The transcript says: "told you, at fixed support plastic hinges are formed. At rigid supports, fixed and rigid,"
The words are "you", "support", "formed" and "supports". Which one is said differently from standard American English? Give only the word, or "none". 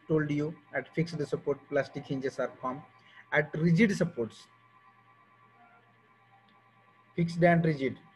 formed